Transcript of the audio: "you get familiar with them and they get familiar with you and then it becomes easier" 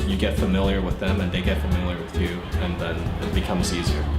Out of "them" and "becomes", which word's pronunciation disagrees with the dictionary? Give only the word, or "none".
none